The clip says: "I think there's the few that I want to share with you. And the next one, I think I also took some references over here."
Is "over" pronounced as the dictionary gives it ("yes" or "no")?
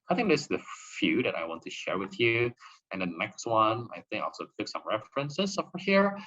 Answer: no